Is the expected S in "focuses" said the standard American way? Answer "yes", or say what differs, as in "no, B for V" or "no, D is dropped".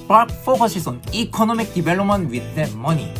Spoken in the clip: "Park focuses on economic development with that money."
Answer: no, SH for S